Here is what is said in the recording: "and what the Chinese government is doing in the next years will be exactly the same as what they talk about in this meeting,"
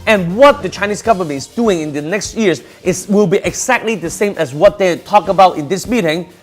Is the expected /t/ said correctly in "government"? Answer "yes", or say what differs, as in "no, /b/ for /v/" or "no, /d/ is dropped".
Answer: no, /t/ is dropped